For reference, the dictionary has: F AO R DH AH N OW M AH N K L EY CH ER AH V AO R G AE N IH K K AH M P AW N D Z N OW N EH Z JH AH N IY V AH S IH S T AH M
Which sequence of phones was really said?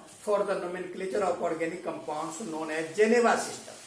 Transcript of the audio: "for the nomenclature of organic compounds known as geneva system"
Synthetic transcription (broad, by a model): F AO R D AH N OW M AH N K L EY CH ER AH P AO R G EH N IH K K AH M P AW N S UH N OW N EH JH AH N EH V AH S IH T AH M